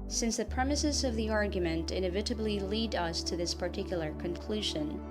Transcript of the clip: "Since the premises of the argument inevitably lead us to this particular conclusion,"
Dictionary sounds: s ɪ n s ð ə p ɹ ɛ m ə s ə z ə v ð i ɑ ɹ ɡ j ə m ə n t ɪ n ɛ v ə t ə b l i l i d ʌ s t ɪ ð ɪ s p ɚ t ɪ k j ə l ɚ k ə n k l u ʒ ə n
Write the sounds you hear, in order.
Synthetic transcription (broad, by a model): s ɪ n s ð ə p ɹ ɛ m ə s ə z ə v ð i ɑ ɹ ɡ j ə m ə n t ɪ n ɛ v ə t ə b l i l i d ʌ s t ɪ ð ɪ s p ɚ t ɪ k j l ɚ k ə n k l u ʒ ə n